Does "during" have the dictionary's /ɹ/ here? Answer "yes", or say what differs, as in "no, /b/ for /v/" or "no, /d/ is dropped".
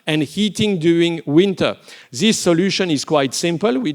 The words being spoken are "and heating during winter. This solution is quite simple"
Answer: no, /ɹ/ is dropped